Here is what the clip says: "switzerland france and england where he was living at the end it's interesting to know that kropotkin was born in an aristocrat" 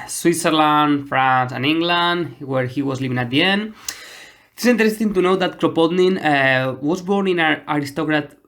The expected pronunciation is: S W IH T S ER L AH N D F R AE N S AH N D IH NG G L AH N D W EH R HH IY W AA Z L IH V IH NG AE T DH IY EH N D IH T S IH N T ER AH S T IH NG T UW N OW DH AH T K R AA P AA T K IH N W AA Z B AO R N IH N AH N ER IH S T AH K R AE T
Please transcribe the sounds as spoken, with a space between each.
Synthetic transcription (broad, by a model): S W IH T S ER L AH N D F R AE N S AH N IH NG G L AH N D W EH R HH IY W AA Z L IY V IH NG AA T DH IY EH N D IH T S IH N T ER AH S T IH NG T UW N OW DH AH T K R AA P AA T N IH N W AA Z B AO R N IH N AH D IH S T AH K R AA T